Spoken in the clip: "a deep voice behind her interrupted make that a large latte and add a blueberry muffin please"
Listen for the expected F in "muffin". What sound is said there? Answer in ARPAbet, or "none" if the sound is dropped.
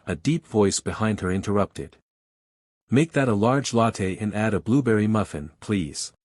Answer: F